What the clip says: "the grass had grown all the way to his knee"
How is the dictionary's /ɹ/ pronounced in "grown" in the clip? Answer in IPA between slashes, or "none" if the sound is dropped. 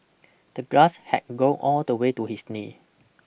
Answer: none